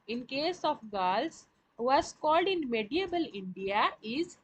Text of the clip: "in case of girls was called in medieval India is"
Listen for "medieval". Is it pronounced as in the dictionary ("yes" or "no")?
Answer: no